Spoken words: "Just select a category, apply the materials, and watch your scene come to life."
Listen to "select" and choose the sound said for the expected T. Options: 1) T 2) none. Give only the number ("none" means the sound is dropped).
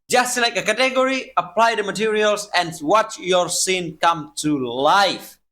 2